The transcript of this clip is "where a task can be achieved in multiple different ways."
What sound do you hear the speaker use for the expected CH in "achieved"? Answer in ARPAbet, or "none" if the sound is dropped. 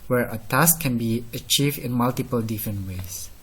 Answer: CH